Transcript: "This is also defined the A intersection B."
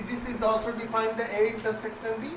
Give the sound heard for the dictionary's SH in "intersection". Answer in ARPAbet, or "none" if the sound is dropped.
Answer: S